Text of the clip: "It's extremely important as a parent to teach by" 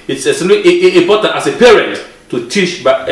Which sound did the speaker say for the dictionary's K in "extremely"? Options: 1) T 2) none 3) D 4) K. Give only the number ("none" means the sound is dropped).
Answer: 2